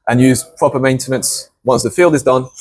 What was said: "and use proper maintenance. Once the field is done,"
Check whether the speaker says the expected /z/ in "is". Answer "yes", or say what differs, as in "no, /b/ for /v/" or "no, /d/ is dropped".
yes